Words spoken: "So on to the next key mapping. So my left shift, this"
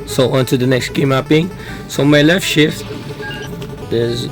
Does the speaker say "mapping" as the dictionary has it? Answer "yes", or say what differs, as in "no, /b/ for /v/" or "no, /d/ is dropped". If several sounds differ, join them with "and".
no, /b/ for /p/